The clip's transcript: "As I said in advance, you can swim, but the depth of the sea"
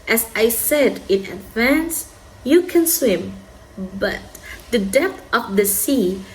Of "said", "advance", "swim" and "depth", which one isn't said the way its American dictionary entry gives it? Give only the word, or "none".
none